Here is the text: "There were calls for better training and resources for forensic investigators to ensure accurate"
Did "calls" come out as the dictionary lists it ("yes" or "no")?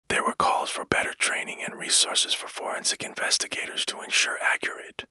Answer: yes